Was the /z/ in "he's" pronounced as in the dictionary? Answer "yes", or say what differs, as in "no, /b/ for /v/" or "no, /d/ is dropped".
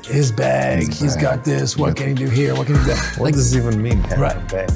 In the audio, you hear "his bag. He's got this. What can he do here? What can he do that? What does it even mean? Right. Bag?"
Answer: yes